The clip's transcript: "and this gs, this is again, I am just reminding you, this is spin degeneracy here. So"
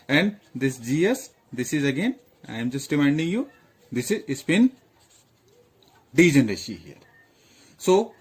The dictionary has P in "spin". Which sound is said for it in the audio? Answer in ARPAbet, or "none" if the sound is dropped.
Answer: B